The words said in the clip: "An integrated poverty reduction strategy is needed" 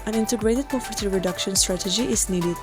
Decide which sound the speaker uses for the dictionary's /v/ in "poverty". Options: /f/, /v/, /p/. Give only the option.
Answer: /p/